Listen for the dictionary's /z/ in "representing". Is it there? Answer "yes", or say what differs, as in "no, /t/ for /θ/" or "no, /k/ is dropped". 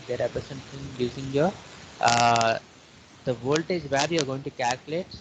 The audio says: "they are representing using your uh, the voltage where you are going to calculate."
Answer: no, /s/ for /z/